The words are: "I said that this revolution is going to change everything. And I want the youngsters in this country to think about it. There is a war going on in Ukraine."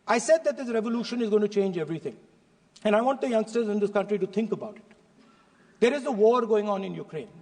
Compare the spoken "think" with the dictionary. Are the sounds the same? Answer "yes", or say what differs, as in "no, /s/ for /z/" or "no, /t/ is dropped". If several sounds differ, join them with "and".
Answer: no, /t/ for /θ/